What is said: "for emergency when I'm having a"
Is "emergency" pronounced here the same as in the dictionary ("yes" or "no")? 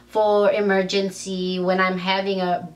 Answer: yes